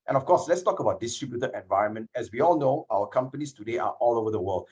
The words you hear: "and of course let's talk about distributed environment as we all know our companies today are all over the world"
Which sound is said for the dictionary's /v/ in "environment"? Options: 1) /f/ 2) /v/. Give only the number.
2